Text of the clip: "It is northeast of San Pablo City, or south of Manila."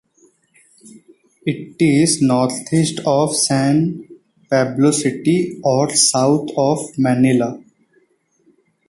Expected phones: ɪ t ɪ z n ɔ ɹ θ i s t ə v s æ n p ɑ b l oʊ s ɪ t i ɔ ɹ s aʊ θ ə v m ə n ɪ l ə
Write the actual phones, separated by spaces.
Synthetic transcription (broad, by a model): ɪ t ɪ z n ɔ ɹ t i s t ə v s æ n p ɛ b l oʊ s ɪ t i ɔ ɹ s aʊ t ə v m ə n ɪ l ə